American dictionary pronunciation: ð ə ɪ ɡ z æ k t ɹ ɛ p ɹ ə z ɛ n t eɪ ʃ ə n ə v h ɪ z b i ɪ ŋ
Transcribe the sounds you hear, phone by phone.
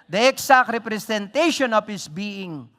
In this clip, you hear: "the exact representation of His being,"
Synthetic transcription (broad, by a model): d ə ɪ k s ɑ k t ɹ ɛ p ɹ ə s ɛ n t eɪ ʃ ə n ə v h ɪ s b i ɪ ŋ